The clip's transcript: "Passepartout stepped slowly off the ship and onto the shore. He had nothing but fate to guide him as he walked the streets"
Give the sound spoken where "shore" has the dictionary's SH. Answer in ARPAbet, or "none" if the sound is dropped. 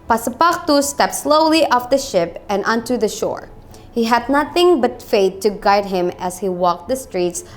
SH